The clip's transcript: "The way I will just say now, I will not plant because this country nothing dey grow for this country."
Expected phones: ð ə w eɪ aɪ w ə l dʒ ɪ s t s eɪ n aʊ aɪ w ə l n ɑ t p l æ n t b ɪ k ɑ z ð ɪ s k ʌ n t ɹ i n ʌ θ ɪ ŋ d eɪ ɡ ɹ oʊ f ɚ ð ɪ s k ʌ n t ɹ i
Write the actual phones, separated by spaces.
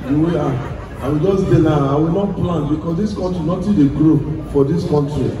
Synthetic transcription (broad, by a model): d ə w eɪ aɪ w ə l dʒ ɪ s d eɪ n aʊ aɪ w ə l n ɑ t p l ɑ n b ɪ k ɑ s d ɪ s k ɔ n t ɹ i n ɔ t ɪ d eɪ ɡ ɹ oʊ f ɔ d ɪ s k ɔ n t ɹ i